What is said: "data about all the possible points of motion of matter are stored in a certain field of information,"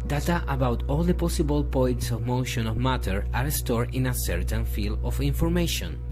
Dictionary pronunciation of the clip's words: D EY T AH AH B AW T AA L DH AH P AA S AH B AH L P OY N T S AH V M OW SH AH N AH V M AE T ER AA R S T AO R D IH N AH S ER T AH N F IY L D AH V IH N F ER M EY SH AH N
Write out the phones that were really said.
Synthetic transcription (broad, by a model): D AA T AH AH B AW T AA L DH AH P AA S AH B AH L P OY N T S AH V M OW SH AH N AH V M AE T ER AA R S T AO R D IH N AH S ER T AH N F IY L AH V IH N F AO M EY SH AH N